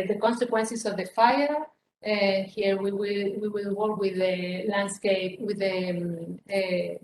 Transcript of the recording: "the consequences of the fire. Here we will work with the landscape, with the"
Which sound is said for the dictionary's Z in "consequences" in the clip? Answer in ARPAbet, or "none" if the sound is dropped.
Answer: S